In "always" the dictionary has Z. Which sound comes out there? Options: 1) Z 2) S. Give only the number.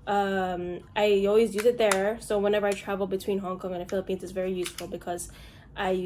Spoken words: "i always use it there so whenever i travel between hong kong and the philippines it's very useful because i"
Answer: 1